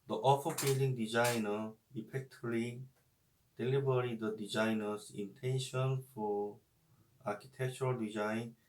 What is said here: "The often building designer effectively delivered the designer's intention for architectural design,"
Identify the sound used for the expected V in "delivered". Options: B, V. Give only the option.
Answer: B